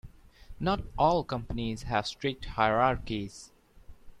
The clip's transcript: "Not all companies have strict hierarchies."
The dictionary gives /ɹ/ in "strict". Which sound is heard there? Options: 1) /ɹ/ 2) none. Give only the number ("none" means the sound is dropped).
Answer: 1